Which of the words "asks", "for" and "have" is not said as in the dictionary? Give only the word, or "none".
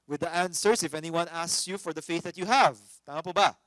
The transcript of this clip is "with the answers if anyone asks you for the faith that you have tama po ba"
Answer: none